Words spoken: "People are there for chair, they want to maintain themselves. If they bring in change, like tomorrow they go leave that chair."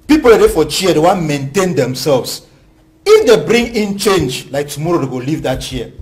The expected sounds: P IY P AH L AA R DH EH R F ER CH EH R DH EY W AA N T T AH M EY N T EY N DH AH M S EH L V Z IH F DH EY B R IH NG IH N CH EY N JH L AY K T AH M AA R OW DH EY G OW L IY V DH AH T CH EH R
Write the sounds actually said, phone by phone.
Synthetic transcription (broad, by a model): P IY P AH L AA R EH F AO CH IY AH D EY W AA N M EY N T EY N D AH M S EH L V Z IH F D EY B R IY NG IH N CH EY N JH L AY K T AH M AA R OW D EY G OW L IY V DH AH T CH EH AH